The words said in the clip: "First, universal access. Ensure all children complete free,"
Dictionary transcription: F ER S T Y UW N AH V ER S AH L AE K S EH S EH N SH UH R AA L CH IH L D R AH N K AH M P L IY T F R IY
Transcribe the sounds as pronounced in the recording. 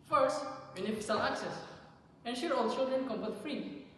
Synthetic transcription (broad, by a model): F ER S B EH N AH F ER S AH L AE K S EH S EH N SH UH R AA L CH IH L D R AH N K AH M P AH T F R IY